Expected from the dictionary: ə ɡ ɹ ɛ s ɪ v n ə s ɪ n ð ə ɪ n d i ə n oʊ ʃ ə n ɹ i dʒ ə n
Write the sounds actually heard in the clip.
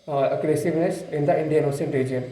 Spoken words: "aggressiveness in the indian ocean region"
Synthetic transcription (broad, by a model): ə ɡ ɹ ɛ s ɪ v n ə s ɪ n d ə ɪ n d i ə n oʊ s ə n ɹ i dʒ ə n